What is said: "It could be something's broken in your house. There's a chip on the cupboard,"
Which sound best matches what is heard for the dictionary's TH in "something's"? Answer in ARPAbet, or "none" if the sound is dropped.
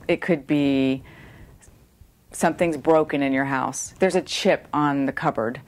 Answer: TH